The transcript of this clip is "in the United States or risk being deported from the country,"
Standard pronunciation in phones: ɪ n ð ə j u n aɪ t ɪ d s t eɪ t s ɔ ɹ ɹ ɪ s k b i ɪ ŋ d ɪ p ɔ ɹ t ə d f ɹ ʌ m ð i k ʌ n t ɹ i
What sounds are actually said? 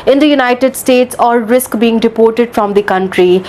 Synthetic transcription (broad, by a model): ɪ n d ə j u n aɪ t ɪ d s t eɪ t s ɔ l ɹ ɪ s k b i ɪ ŋ d ɪ p ɔ ɹ t ə d f ɹ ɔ m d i k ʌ n t ɹ i